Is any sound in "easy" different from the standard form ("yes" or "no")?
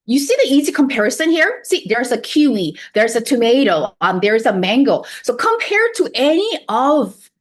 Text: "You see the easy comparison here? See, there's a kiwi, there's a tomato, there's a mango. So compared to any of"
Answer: no